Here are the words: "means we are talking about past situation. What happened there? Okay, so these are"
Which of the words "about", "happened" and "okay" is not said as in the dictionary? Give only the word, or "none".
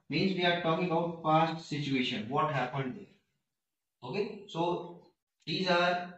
about